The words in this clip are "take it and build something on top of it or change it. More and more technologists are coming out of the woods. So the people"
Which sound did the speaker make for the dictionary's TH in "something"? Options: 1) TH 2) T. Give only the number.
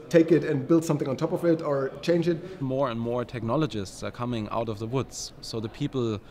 1